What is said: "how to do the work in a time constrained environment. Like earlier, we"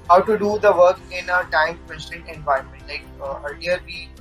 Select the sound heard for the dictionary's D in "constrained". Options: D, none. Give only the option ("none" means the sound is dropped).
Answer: none